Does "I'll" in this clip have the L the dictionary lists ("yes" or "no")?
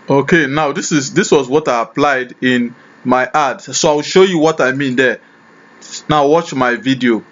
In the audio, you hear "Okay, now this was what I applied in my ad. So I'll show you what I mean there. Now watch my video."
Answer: no